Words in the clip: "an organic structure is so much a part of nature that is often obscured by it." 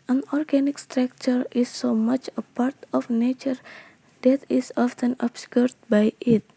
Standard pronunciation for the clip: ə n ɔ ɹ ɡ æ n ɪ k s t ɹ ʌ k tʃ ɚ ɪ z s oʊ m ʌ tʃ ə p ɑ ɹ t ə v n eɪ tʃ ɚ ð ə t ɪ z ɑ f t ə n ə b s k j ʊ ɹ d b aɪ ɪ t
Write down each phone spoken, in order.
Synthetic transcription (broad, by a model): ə n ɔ ɹ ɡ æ n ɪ k s t ɹ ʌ k tʃ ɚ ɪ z s oʊ m ʌ tʃ ə p ɑ ɹ t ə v n eɪ tʃ ɚ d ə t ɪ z ɑ f t ə n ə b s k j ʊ ɹ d b aɪ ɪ t